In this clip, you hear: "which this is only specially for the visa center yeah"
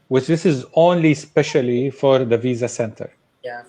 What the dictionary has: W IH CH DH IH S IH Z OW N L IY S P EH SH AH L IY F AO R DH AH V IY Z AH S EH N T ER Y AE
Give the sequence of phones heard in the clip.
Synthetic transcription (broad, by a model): W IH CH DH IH S IH Z OW N L IY S P EH SH AH L IY F AO R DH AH V IY Z AH S EH N T ER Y